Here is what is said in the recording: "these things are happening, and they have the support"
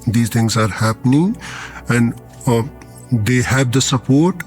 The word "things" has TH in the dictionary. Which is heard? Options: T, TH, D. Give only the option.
T